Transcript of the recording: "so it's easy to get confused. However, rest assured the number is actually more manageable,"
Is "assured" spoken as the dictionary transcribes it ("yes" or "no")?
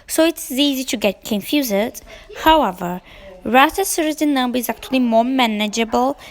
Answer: no